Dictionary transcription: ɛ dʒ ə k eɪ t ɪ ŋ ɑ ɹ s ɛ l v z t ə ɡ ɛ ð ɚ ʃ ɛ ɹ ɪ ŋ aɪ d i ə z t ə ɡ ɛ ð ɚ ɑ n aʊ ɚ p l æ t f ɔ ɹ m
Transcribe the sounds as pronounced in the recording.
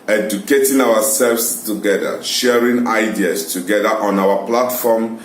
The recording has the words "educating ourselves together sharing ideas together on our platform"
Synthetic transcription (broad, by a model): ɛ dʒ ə k eɪ t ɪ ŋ ɑ w s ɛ l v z t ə ɡ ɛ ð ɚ ʃ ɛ ɹ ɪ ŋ aɪ d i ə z t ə ɡ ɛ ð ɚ ɑ n aʊ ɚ p l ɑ t f ɔ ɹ m